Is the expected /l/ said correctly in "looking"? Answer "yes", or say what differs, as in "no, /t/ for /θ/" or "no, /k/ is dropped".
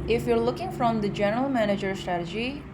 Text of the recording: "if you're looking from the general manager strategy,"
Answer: yes